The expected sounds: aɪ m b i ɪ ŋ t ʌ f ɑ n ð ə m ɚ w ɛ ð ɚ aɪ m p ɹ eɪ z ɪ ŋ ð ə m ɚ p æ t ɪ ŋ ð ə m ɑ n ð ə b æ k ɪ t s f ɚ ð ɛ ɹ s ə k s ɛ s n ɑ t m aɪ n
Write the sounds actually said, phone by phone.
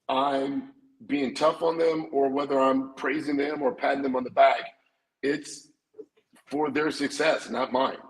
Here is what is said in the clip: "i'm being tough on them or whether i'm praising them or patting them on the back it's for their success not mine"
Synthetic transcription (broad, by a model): aɪ m b i ɪ ŋ t ʌ f n ð ə m ɚ w ɛ ð ɚ aɪ m p ɹ eɪ z ɪ ŋ ð ə m ɚ p æ t ɪ ŋ ð ə m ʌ n ð ə b æ k ɪ t s f ɚ ð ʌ ɹ s ə k s ɛ s n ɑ t m aɪ n